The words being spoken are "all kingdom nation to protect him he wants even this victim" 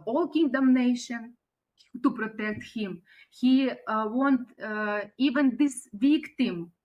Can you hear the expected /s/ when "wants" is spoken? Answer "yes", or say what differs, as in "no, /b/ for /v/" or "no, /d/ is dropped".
no, /s/ is dropped